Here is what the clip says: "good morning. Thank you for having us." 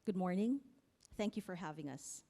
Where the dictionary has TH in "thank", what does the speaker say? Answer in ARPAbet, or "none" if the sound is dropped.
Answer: TH